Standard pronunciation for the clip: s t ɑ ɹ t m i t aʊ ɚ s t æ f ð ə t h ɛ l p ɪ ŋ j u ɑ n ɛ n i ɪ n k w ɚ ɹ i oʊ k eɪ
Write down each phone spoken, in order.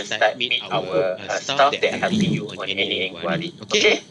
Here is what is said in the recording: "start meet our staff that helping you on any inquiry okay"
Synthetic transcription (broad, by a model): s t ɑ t m i t aʊ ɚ s t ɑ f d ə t h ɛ p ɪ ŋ j u ɑ n ɛ n i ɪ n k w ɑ ɹ i oʊ k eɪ